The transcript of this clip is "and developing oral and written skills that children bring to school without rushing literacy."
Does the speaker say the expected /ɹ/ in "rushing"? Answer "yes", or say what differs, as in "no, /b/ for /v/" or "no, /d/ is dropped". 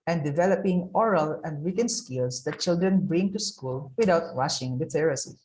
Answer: no, /w/ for /ɹ/